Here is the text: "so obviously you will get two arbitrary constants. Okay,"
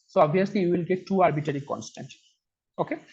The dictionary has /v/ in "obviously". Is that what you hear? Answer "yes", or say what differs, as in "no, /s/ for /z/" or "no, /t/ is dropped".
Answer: no, /v/ is dropped